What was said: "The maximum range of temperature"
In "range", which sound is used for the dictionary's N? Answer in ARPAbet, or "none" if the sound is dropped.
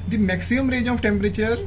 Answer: none